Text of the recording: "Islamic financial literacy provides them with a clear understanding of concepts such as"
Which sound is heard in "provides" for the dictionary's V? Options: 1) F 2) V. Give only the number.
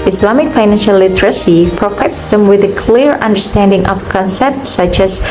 1